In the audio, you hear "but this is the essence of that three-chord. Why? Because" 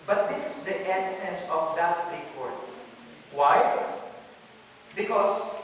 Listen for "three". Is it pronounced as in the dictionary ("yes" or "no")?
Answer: no